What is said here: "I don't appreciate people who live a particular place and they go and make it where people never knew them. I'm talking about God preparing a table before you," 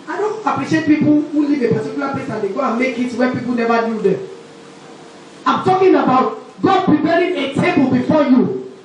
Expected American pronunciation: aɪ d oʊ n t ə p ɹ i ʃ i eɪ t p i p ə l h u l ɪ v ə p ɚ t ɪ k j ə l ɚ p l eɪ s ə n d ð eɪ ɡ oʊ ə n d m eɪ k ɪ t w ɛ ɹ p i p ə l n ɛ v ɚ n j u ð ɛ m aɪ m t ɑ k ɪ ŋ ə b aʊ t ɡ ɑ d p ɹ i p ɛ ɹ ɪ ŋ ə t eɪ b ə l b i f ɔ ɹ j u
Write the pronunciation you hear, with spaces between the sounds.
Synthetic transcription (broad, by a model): aɪ d oʊ n t ə p ɹ i ʃ i eɪ t p i p ə l h u l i v ə p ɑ t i k j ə l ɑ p eɪ s ə n d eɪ ɡ oʊ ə n m eɪ k ɪ t w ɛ p i p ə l n ɛ v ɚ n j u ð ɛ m aɪ m t ɑ k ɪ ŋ ə b aʊ t ɡ ɑ d p ɹ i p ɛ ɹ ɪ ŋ ə t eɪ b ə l b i f ɔ j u